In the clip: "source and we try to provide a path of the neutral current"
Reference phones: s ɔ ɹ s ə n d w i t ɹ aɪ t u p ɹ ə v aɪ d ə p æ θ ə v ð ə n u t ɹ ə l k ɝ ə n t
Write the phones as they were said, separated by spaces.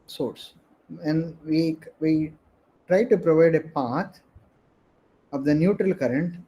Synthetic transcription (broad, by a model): s ɔ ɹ s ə n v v i t ɹ aɪ t u p ɹ ə v aɪ d ə p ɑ t ə v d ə n u t ɹ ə l k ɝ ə n t